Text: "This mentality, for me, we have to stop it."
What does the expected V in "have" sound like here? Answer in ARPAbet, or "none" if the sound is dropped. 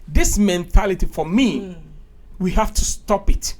F